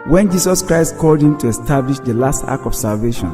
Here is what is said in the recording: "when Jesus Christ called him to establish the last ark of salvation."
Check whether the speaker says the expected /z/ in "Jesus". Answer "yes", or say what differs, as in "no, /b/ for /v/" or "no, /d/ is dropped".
no, /s/ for /z/